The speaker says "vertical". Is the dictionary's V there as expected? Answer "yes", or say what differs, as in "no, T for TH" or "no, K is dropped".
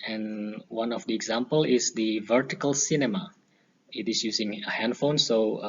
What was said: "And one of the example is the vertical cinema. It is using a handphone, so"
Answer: yes